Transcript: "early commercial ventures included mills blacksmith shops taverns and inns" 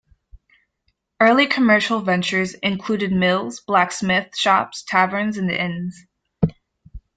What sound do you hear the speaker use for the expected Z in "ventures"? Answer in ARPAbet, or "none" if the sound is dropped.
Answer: Z